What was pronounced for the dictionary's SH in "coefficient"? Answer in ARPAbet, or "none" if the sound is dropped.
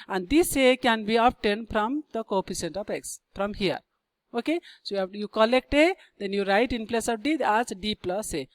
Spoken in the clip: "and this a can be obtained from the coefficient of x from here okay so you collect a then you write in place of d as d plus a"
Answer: S